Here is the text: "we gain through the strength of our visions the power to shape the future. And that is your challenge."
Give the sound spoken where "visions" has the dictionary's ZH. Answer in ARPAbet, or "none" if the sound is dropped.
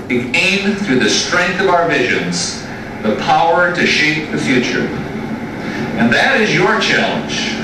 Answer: ZH